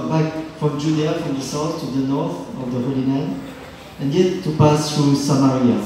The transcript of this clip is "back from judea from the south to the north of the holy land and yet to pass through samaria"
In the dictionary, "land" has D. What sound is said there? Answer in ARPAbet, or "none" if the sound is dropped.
none